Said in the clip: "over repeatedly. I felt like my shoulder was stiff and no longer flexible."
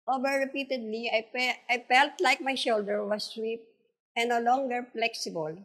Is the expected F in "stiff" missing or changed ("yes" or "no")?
yes